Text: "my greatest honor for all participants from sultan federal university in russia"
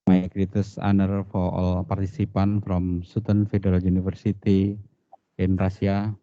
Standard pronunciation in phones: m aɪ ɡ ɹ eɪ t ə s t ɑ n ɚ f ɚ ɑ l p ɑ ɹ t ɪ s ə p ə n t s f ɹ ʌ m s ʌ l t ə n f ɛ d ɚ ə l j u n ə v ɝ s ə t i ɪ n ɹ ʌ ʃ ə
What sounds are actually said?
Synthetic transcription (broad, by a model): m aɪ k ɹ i t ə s ɑ n ɚ f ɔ ɑ l p ɑ ɹ t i s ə p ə n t f ɹ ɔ m s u t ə n f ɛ d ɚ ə l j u n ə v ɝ s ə t i ɪ n ɹ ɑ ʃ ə